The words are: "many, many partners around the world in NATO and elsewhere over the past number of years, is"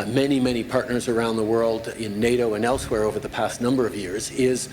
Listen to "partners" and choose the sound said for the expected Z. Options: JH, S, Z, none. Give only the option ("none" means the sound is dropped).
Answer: Z